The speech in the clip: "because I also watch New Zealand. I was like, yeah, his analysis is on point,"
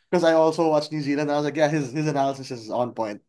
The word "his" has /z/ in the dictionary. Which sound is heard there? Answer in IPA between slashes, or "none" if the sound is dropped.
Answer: /z/